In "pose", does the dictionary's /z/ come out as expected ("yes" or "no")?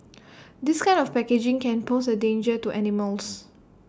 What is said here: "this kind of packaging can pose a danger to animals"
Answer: no